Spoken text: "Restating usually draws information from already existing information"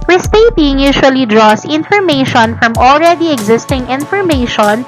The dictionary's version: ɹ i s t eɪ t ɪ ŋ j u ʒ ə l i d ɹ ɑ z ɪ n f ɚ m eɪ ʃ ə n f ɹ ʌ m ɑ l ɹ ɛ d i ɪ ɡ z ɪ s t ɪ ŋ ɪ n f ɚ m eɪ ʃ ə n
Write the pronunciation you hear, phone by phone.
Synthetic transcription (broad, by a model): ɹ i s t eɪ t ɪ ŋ j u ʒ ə l i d ɹ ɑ s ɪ n f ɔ m eɪ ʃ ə n f ɹ ʌ m ɑ l ɹ ɛ d i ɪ ɡ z ɪ s t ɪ ŋ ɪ n f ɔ m eɪ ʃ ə n